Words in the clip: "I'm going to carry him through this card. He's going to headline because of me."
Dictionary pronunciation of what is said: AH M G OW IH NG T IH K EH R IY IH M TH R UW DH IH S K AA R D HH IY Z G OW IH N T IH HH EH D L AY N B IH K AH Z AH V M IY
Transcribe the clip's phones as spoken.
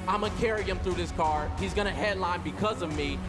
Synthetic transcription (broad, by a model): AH IH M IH K EH R IY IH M TH R UW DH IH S K AA R HH IY Z G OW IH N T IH HH EH D L AY N B IH K AH Z AH V M IY